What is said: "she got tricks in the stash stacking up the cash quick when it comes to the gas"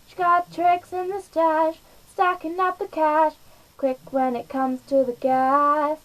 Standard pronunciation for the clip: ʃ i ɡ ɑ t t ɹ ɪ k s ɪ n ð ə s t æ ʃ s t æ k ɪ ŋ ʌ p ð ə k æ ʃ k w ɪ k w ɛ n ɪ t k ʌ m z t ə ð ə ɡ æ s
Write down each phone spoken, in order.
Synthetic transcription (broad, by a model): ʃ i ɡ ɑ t t ɹ ɪ k s ɪ n ð ə s t æ ʃ s t æ k ɪ ŋ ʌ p ð ə k æ ʃ k w ɪ k w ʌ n ɪ t k ʌ m z t ə ð ə ɡ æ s